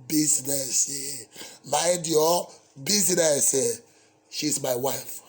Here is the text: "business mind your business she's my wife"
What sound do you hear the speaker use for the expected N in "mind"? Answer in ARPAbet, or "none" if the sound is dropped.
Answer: none